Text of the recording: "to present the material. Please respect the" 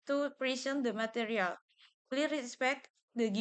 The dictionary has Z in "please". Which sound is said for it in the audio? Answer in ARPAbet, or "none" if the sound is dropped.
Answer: none